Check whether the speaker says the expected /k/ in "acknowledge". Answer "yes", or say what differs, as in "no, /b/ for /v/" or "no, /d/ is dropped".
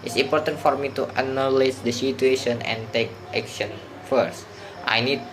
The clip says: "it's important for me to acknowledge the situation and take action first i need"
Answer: no, /k/ is dropped